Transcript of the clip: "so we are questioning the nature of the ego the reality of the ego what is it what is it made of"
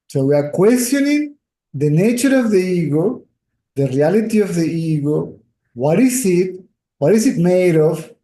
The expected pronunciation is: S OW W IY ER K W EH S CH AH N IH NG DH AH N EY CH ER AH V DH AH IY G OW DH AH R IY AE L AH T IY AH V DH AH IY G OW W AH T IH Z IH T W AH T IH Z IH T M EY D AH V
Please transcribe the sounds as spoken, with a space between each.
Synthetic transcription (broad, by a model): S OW W IY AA K W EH S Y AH N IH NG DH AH N EY CH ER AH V DH AH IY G OW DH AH R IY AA L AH T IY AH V DH AH IY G OW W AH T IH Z IH T W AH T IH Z IH T M EY D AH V